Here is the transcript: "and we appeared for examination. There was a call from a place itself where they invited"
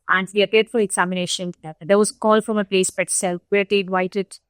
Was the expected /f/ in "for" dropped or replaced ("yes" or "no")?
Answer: no